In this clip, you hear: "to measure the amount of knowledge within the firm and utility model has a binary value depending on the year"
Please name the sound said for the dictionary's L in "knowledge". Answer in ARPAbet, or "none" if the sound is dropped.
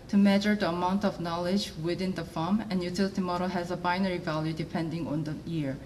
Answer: L